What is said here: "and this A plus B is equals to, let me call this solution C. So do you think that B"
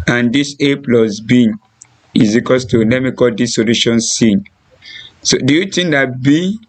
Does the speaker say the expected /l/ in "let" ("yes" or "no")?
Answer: no